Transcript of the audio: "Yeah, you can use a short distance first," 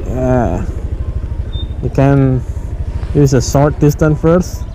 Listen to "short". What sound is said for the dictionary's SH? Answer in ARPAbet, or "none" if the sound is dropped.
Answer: S